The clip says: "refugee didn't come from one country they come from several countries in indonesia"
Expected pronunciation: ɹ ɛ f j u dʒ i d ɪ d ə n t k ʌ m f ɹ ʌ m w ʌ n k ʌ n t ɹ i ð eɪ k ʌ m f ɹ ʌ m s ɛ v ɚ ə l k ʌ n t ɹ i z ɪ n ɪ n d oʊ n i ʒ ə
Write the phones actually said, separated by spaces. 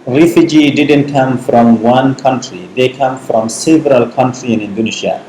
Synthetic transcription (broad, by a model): ɹ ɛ f j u dʒ i d ɪ d ə n t k ʌ m f ɹ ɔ m w ʌ n k ʌ n t ɹ i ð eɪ k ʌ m f ɹ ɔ m s ɛ v ɚ ə l k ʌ n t ɹ i ɪ n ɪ n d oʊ n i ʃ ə